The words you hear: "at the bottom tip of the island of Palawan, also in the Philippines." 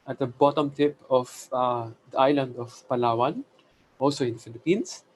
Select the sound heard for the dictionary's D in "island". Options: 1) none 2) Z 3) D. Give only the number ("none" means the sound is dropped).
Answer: 3